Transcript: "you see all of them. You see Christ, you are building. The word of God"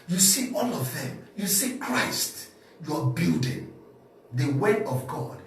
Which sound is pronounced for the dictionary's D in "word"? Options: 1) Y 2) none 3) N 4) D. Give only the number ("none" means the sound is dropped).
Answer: 2